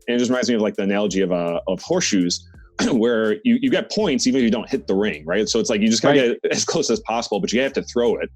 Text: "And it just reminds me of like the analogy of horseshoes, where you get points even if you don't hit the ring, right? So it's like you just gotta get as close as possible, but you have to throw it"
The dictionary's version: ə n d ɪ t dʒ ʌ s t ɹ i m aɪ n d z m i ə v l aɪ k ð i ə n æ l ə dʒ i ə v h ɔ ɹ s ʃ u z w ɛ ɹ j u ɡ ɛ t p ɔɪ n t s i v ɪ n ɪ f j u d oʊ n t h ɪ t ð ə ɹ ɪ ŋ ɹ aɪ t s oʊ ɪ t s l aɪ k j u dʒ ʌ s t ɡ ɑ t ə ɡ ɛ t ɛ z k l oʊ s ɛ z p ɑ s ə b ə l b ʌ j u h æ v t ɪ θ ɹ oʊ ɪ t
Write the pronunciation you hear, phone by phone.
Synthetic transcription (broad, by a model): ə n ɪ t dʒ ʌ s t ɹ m aɪ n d z m i ə v l aɪ k ð i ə n æ l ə dʒ i ə v h ɔ ɹ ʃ u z w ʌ ɹ j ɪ ɡ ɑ t p ɔɪ n t s i v ɪ n ɪ f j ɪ d oʊ n t h ɪ t ð ə ɹ ɪ ŋ ɹ aɪ t s oʊ ɪ t s l aɪ k j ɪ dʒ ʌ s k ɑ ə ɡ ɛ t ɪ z k l oʊ s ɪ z p ɑ s ə b l b ʌ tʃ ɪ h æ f t ɪ θ ɹ oʊ ɪ t